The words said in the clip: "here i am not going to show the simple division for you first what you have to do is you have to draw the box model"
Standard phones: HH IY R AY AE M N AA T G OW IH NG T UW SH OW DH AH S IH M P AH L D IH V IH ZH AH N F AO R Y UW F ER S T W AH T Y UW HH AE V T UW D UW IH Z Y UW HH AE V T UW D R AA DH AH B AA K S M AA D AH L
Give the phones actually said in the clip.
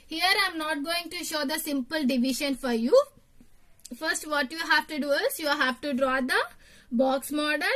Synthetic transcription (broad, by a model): HH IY R AY M N AA T G OW IH NG T UW SH OW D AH S IH M P AH L D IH V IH SH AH N F AO R Y UW F ER S T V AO T Y UW HH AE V T UW D UW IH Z Y UW HH AE V T UW D R AA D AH B AA K S M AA D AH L